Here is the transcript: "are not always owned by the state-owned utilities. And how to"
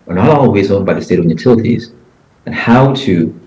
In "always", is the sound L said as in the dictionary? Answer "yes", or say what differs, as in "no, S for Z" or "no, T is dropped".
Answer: no, L is dropped